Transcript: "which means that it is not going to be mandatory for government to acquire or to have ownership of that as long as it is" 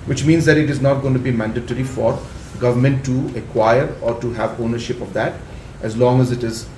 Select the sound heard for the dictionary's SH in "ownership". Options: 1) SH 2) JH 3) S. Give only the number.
1